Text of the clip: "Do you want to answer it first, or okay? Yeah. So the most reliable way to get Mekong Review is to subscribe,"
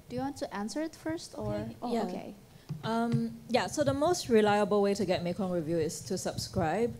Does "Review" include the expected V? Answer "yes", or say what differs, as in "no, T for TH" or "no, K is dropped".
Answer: yes